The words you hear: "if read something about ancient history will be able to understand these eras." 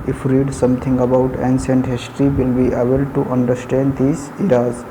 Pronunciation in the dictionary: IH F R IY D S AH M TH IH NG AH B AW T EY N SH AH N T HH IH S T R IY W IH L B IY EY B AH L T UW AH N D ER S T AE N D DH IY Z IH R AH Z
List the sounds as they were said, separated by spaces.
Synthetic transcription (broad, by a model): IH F R IY D S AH M T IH NG AH B AW T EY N S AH N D HH IH S T R IY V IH L B IY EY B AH L T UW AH N D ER S T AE N D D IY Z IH R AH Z